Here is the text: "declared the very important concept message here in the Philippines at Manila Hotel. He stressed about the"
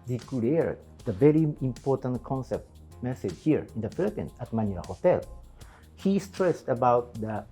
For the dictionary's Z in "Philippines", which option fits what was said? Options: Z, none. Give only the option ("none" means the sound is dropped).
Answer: none